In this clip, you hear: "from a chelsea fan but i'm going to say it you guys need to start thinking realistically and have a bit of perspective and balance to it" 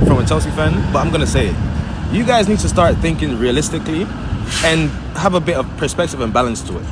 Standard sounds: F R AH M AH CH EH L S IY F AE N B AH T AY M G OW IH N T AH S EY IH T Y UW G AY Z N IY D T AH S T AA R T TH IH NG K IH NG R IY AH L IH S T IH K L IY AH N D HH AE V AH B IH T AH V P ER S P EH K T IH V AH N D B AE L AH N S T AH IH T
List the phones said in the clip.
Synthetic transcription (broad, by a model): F R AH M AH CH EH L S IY F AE N B AH T AY M G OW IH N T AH S EY IH T Y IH G AY Z N IY D T AH S T AA R T TH IH NG K IH NG R IY AH L IH S T IH K L IY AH N HH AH V AH B IH T AH V P ER S P EH K T IH V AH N B AE L AH N S T AH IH T